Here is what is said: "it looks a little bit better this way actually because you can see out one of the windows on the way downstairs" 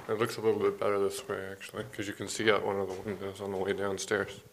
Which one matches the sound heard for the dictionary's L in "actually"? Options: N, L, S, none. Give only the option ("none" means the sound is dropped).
none